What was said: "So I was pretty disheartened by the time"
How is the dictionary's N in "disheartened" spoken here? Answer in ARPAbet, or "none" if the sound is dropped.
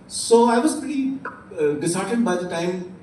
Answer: none